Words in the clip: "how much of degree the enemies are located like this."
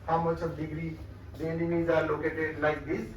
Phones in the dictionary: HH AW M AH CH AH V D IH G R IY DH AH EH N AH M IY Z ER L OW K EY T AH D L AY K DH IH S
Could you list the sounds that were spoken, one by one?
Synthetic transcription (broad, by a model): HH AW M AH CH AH B D IH G R IY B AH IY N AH IY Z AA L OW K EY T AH L AY K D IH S